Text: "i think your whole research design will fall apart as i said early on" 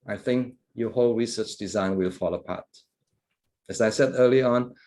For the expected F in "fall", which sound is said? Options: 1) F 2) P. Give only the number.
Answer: 1